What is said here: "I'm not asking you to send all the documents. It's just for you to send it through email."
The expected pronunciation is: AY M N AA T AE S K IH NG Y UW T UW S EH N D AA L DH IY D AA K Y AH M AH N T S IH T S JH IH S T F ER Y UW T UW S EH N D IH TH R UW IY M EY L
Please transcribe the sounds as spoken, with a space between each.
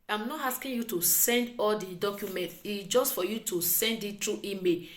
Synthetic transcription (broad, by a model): AY M N AA T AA S K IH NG Y UW T UW S EH N D AA L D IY D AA K Y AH M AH N T IH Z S JH IH S T F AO Y UW T UW S EH N D IH T R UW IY M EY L